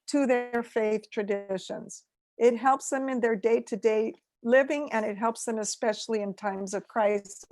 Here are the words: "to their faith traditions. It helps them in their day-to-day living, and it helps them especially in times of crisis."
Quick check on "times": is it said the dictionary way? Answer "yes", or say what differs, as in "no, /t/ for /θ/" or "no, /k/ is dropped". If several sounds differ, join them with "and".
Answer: yes